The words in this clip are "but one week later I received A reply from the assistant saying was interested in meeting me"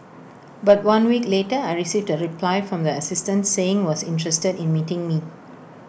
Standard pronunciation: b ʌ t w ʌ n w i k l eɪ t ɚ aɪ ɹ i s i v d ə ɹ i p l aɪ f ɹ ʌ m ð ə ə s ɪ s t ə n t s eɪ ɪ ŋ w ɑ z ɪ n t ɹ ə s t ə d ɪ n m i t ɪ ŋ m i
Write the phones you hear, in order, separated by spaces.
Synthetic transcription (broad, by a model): b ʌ t w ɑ n w i k l eɪ t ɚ aɪ ɹ i s i v d ə ɹ i p l aɪ f ɹ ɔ m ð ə ə s ɪ s t ə n t s eɪ ɪ ŋ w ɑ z ɪ n t ɹ ə s t ə d ɪ n m i t ɪ ŋ m i